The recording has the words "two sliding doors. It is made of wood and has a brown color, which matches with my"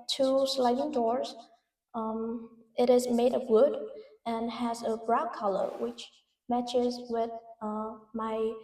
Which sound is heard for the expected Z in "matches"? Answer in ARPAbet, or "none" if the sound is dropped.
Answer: Z